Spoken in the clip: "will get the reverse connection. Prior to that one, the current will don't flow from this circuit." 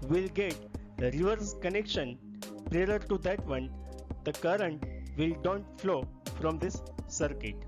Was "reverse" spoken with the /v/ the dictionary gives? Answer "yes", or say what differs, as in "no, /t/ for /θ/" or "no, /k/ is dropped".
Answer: yes